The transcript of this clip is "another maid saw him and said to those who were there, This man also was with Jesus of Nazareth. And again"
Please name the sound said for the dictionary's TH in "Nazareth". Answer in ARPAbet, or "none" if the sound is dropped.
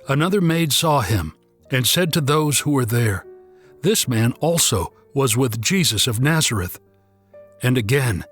TH